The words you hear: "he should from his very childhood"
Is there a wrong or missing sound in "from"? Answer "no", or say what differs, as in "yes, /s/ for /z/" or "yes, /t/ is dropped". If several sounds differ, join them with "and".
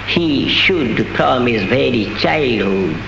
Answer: yes, /p/ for /f/